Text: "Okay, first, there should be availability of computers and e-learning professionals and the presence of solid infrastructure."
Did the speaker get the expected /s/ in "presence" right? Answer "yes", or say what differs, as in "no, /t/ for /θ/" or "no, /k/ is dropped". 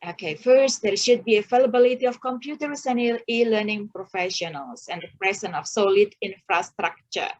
no, /s/ is dropped